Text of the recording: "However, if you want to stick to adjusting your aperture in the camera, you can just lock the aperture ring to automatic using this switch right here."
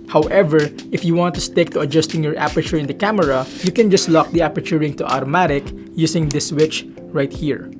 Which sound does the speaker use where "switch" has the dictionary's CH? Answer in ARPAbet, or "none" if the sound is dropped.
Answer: CH